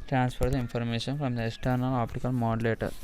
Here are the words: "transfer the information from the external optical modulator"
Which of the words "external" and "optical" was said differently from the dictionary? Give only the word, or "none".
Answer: none